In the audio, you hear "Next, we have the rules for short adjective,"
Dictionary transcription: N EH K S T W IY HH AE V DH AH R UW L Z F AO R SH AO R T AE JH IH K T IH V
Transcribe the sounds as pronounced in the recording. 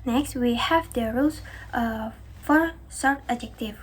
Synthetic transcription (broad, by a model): N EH K S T W IY HH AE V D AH R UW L S F AO R S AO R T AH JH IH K T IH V